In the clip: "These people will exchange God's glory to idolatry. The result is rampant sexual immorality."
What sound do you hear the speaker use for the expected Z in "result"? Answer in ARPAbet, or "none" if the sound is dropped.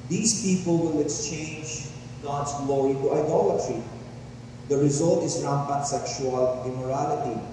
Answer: Z